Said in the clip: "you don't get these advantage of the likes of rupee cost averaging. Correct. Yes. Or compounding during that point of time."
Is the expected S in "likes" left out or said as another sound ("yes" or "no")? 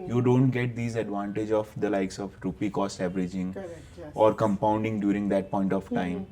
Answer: no